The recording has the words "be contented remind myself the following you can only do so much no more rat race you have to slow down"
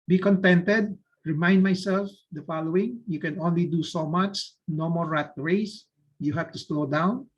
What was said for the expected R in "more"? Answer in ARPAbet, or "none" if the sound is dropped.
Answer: L